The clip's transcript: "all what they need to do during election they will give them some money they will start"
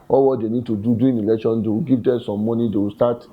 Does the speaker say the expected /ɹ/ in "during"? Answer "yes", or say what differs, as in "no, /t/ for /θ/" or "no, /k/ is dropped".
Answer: no, /ɹ/ is dropped